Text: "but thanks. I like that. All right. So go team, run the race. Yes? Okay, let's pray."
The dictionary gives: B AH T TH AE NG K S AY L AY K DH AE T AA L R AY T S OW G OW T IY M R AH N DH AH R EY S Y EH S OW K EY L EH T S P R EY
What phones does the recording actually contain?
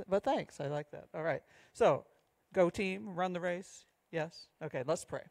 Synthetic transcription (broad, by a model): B AH T TH AE NG K S AY L AY K DH AE T AA L R AY T S OW G OW T IY M R AH N DH AH R EY S Y EH S OW K EY L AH T S P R EY